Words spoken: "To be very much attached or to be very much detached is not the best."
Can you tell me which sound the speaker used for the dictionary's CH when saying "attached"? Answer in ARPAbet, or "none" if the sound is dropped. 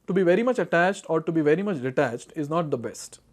CH